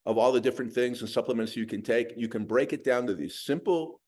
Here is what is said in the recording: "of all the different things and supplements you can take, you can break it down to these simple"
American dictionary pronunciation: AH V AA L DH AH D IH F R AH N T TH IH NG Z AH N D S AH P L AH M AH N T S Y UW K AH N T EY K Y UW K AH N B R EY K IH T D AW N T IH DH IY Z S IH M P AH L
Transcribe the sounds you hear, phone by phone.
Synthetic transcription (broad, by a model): AH V AA L DH AH D IH F R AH N TH IH NG Z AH N S AH P L AH M AH N T S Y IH K AH N T EY K Y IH K AH N B R EY K IH T D AW N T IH DH IY Z S IH M P L